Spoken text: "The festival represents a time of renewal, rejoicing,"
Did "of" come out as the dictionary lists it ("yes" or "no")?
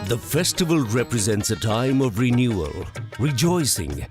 yes